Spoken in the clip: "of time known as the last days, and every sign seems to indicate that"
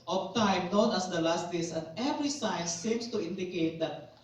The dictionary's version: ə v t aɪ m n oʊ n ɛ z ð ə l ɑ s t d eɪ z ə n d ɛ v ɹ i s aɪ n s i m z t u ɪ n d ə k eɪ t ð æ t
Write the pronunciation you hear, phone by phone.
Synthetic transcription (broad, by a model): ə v t aɪ m n oʊ n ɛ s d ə l ɑ s t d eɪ s ə n d ɛ v ɹ i s aɪ n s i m s t u ɪ n d ə k eɪ t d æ t